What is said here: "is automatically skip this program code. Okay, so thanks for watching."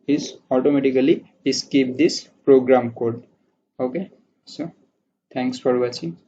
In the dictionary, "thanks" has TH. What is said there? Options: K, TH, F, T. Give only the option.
T